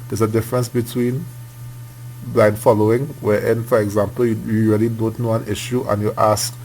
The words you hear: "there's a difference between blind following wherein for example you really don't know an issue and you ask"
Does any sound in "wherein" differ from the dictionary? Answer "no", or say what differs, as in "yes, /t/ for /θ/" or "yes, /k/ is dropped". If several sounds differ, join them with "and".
yes, /ɹ/ is dropped